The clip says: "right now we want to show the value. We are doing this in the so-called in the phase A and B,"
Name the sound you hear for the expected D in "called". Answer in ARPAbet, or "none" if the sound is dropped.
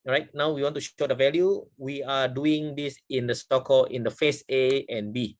none